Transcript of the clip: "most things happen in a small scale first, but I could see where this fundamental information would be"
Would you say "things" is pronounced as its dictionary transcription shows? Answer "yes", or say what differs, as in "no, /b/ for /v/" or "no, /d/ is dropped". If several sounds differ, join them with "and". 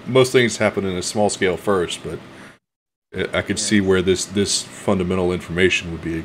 yes